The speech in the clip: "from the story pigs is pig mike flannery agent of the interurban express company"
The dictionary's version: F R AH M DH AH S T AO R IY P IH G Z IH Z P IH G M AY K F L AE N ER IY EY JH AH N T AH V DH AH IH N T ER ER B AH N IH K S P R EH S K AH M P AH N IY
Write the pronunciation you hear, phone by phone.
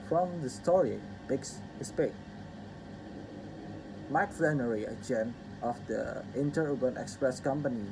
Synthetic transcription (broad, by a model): F R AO M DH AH S T AO R IY B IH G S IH S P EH M AY K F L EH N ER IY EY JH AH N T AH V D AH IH N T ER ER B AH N IH K S P R EH S K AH M P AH N IY